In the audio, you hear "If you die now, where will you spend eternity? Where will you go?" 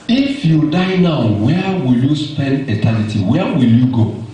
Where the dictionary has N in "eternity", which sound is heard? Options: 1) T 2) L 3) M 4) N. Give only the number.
2